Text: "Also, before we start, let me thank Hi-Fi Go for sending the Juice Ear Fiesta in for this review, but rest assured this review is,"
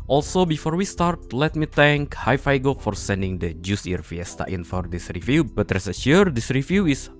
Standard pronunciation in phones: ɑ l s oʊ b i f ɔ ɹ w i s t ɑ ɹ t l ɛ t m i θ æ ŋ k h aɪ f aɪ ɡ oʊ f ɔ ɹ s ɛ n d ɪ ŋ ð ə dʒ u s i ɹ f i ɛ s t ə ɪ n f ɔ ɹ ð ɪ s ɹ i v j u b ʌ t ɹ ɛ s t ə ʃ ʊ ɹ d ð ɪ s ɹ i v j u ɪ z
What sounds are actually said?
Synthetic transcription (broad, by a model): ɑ l s oʊ b i f ɔ ɹ w i s t ɑ ɹ t l ɛ t m i t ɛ ŋ k h aɪ f aɪ ɡ oʊ f ɔ ɹ s ɛ n d ɪ ŋ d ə dʒ u s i ɹ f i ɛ s t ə ɪ n f ɔ ɹ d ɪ s ɹ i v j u b ʌ t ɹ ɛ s ə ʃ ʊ ɹ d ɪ s ɹ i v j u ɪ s